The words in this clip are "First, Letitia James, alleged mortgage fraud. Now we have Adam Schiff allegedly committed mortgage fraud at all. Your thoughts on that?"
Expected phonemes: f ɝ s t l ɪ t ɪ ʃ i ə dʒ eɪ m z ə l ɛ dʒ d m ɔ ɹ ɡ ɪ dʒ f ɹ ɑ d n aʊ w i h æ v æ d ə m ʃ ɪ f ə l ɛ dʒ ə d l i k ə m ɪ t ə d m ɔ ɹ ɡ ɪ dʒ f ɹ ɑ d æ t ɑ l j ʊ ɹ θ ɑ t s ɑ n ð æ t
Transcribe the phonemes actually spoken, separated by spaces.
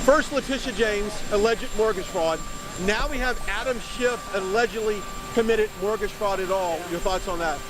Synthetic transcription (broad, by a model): f ɝ s t l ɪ t ɪ ʃ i dʒ eɪ m z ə l ɛ dʒ d m ɔ ɹ ɡ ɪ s ɹ ɑ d n aʊ w i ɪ v æ d ə m ʃ ɪ f ə l ɛ dʒ ə d l i k ə m ɪ t ə d m ɔ ɹ ɡ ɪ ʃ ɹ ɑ d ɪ t ɑ l j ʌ ɹ θ ɑ t s n ð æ t